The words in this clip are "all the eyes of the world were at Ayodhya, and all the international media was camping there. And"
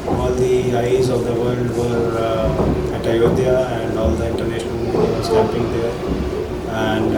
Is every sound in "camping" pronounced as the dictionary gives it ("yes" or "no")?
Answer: no